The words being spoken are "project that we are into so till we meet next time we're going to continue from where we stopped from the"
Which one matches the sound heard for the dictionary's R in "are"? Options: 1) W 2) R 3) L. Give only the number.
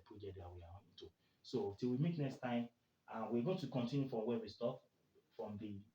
1